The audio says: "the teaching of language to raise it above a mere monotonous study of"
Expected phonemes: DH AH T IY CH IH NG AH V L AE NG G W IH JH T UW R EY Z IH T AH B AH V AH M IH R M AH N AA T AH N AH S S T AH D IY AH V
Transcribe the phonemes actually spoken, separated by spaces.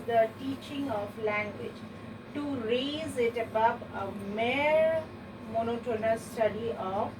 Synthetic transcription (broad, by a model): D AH T IY CH IH NG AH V L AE NG G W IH JH T UW R EY Z IH T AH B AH P AH M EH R M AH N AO T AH N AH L S T AH D IY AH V